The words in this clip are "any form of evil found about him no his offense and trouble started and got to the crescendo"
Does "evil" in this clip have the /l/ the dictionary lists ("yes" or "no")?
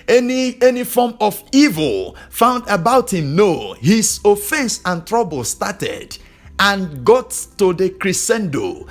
yes